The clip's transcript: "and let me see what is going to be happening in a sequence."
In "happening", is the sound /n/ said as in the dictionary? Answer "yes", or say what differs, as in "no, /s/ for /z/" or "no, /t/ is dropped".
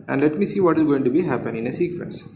no, /n/ is dropped